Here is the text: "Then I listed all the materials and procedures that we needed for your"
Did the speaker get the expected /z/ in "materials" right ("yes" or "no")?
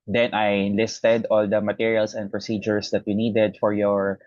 no